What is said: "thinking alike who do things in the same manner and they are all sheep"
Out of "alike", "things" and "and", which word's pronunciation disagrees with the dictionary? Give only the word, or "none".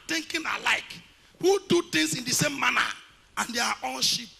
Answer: things